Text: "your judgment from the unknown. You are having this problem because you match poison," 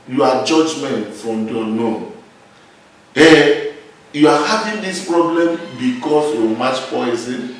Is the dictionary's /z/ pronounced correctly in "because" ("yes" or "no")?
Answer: no